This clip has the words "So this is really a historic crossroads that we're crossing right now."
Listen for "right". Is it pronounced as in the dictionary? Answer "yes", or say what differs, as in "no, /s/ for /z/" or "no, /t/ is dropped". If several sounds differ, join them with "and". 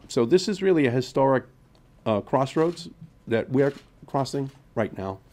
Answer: yes